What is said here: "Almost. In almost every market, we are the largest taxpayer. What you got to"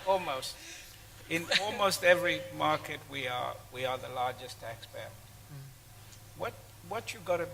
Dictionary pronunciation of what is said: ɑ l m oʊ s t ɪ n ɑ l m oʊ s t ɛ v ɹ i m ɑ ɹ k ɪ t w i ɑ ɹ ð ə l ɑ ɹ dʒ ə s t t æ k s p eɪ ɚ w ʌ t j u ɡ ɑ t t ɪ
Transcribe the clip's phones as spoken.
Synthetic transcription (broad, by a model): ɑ l m oʊ s t ɪ n ɑ l m oʊ s t ɛ v ɹ i m ɑ ɹ k ɪ t w i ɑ w ð ə l ɑ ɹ dʒ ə s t t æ k s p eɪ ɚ w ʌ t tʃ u ɡ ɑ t t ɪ